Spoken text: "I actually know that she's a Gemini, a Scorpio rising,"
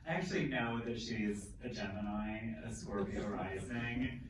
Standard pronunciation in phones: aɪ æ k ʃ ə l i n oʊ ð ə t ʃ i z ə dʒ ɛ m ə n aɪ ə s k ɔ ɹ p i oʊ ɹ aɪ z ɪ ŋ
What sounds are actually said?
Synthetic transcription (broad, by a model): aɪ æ k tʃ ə l i n oʊ ð ə t ʃ i z ə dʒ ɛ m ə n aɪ ə s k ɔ ɹ b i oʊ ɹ aɪ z ɪ ŋ